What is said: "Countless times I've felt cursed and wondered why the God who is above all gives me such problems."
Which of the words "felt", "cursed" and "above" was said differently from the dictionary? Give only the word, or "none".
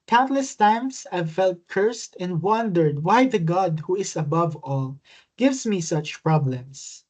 none